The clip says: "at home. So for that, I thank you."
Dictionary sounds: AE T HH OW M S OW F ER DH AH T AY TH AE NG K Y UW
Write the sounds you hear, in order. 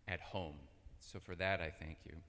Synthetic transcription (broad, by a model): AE T HH OW M S OW F ER DH AH T AY TH AE NG K Y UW